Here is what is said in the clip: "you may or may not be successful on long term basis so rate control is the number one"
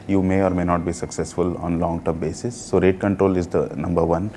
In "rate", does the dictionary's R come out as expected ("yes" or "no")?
yes